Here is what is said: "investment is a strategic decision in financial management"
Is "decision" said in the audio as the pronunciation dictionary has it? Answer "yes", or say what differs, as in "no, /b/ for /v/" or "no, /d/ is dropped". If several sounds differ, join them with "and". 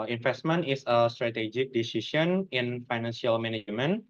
no, /s/ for /ʒ/